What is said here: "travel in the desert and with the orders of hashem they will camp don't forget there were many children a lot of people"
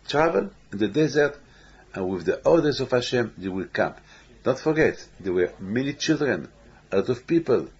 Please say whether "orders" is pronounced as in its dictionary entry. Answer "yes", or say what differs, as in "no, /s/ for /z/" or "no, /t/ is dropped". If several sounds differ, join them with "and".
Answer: no, /l/ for /ɹ/